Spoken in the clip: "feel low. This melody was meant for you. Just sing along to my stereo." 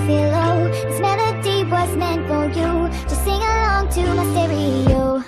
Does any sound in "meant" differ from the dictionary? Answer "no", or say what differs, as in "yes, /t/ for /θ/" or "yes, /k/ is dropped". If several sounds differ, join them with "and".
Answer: no